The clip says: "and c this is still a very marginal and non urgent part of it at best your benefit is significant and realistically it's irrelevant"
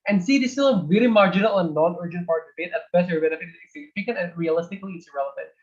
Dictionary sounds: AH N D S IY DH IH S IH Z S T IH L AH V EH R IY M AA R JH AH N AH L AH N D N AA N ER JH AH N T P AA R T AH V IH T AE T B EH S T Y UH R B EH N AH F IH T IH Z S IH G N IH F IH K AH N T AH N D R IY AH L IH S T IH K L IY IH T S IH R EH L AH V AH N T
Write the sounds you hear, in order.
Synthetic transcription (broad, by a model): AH N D S IY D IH S T IH L AH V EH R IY M AA R JH AH N AH L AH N N AA N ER JH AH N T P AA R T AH B IH T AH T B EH T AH R B EH N AH F IH T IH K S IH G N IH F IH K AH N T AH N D R IY AH L IH S T IH K L IY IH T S R EH L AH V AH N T